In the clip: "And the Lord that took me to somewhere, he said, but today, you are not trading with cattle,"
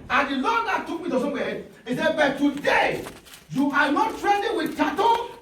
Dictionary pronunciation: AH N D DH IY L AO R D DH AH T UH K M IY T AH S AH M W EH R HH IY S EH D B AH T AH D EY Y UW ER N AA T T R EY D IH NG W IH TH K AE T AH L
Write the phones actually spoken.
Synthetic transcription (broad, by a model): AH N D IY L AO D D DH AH T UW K M IY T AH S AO W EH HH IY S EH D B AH T AH D EY Y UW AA N AA T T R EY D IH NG W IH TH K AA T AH